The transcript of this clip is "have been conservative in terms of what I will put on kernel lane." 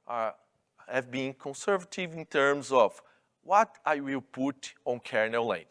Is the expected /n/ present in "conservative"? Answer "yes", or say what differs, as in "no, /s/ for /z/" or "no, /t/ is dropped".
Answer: yes